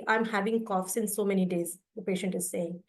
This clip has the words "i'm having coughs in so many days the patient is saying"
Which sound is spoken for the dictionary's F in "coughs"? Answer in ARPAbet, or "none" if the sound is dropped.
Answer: F